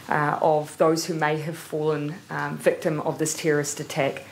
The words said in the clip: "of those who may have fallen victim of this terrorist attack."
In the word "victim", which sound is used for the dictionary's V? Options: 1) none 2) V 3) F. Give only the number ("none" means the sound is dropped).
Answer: 2